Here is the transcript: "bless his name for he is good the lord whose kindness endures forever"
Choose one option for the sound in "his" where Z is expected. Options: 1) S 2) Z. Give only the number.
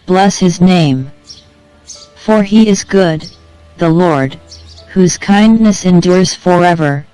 2